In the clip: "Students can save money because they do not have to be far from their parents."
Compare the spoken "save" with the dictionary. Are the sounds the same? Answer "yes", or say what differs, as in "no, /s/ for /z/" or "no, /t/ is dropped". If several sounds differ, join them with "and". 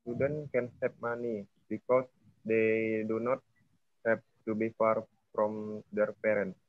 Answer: no, /p/ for /v/